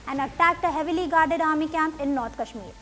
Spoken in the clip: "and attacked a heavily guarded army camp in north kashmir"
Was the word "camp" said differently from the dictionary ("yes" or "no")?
no